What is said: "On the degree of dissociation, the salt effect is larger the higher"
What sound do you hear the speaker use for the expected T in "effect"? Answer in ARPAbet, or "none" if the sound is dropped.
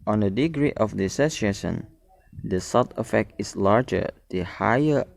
T